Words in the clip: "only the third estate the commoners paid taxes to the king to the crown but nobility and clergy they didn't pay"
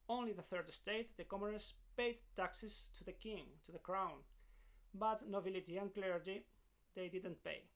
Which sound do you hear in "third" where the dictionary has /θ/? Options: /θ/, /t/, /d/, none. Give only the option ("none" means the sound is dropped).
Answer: /θ/